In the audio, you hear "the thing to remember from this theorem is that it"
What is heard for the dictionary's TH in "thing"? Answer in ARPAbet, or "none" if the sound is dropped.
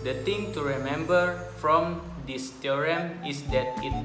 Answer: T